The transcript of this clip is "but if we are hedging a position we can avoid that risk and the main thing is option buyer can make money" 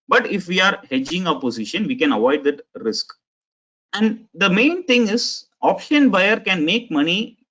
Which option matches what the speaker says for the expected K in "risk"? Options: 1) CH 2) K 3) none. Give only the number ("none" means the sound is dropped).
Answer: 2